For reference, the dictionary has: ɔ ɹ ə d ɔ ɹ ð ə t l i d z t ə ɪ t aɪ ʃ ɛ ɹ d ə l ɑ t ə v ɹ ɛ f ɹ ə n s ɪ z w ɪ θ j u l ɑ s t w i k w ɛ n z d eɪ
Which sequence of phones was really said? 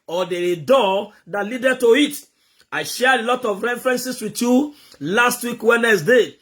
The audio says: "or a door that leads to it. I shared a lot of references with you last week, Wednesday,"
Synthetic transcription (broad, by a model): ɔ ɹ ə d ɔ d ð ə t l i d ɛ t ə ɪ t aɪ ʃ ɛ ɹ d ə l ɑ t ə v ɹ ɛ f ɹ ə n s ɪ s w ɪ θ j u l ɑ s t w i k w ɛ n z d eɪ